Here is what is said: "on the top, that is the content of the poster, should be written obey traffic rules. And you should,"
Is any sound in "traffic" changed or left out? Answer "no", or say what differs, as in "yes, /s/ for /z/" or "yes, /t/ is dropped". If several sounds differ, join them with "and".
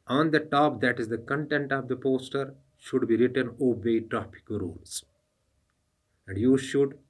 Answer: yes, /p/ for /f/